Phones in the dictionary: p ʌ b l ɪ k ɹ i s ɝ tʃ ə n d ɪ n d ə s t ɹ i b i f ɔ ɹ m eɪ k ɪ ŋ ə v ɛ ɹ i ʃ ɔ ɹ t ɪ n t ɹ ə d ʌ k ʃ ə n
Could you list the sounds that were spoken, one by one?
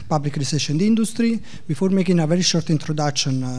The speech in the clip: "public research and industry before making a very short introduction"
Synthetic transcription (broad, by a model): p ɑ b l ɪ k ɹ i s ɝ ʃ ə n d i n d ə s t ɹ i b i f ɔ ɹ m eɪ k ɪ ŋ ə v ɛ ɹ i ʃ ɔ ɹ t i n t ɹ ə d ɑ k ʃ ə n